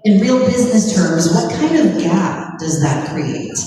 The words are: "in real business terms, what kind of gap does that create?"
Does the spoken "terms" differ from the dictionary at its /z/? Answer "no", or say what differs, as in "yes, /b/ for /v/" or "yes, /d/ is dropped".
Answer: no